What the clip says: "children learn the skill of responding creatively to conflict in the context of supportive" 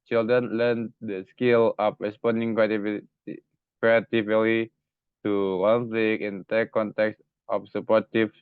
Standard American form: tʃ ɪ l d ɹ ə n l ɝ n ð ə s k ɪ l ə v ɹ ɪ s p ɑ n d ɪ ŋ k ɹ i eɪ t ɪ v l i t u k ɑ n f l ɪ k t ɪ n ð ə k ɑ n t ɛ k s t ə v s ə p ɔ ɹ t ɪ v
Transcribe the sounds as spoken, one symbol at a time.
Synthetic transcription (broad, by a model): tʃ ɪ l d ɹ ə n l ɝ n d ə s k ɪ l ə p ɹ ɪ s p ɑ n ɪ ŋ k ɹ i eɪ t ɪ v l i t u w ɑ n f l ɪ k ɪ n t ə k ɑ n t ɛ k s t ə f s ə p ɔ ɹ t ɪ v